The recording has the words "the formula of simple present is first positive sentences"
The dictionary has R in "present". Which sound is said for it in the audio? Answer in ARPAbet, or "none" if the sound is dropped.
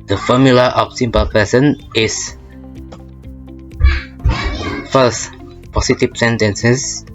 none